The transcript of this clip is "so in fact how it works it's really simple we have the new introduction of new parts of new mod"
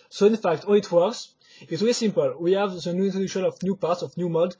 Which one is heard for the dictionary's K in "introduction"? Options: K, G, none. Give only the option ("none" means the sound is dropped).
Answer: none